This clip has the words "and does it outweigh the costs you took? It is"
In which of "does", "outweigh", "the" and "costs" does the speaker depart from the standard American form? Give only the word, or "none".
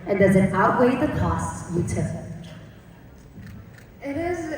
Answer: none